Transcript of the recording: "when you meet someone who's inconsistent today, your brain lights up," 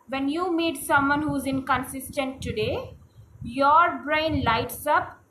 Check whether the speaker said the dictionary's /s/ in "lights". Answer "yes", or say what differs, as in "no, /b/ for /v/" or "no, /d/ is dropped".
yes